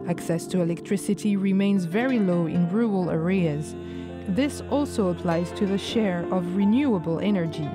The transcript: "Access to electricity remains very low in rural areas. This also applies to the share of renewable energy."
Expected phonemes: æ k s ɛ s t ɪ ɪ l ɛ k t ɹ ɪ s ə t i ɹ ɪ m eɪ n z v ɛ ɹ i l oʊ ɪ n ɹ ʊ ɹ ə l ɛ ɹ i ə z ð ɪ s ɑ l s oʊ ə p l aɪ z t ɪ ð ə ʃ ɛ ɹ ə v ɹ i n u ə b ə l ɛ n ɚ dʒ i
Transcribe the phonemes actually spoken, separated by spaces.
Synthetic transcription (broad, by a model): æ k s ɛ s t ɪ ɪ l ɛ k t ɹ ɪ s ə t i ɹ ɪ m eɪ n z v ɛ ɹ i l oʊ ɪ n ɹ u ə l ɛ ɹ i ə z ð ɪ s ɑ l s oʊ ə p l aɪ z t ɪ ð ə ʃ ɛ ɹ ə v ɹ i n u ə b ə l ɛ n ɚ dʒ i